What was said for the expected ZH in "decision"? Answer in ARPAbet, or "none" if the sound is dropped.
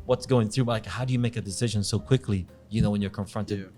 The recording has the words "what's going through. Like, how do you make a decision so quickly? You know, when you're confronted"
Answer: ZH